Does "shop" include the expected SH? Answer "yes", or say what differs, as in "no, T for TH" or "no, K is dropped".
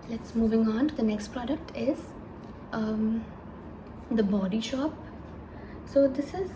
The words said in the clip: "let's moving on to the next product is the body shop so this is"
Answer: yes